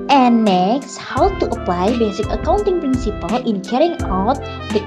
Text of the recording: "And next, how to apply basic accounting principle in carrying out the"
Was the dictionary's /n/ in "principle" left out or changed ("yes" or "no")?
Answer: no